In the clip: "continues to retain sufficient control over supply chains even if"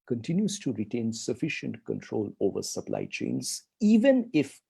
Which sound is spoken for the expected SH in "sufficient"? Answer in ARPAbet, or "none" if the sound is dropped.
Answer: SH